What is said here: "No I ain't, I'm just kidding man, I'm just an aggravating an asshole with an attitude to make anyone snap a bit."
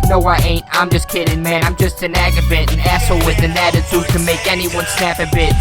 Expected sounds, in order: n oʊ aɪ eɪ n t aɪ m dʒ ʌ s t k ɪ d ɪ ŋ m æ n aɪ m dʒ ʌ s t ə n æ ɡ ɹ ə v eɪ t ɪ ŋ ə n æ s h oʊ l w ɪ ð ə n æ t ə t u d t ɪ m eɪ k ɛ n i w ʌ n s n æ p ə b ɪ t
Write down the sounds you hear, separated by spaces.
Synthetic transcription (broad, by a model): n oʊ aɪ eɪ n t aɪ m dʒ ʌ s k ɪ d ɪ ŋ m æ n aɪ m dʒ ʌ s t ə n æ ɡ ə b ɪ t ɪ n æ s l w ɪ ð ə n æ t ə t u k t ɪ m eɪ k ɛ n i w ʌ n s n æ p ə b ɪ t